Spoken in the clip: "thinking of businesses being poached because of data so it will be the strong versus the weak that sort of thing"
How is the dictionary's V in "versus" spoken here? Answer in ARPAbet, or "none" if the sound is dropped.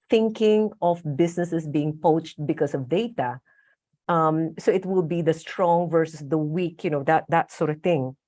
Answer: V